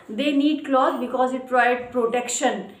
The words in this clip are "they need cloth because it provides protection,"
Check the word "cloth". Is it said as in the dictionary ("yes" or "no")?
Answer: no